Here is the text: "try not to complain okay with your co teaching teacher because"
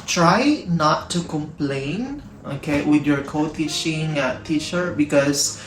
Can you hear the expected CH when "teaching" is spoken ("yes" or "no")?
no